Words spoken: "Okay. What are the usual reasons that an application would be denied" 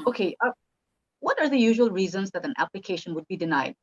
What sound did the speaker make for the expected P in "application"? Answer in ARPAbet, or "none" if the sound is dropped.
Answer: P